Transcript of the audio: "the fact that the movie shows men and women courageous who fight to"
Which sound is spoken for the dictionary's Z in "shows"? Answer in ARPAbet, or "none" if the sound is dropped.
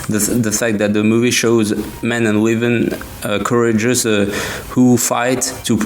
Z